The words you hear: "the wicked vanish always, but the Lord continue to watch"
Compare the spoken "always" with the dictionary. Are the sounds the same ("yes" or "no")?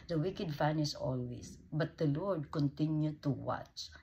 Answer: no